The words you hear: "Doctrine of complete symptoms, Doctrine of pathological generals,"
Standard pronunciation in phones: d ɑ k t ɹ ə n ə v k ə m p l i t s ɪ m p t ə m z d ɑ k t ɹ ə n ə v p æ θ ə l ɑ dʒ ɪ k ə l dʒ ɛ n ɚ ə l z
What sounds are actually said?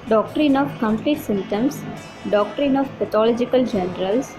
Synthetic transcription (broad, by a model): d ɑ k t ɹ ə n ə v k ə m p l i t s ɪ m t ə m s d ɑ k t ɹ ə n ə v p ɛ t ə l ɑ dʒ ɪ k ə l dʒ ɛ n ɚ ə l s